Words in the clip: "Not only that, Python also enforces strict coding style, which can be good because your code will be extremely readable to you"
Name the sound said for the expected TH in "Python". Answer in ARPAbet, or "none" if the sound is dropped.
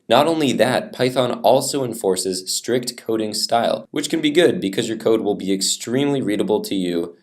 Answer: TH